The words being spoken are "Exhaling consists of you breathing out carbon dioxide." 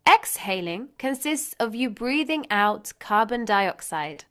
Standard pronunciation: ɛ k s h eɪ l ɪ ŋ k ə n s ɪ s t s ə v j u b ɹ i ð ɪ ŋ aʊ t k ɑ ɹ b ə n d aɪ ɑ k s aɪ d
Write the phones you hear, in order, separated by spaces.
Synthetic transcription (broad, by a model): ɛ k s h eɪ l ɪ ŋ k ə n s ɪ s t s ə v j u b ɹ i ð ɪ ŋ aʊ t k ɑ b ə n d aɪ ɑ k s aɪ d